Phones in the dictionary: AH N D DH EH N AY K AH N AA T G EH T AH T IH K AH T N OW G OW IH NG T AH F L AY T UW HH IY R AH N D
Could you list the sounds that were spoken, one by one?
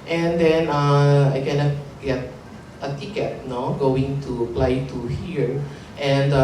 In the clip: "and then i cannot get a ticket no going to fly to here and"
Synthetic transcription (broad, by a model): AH N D EH N AY K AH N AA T G EH T AH T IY K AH T N OW G OW IH NG T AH P L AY T UW HH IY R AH N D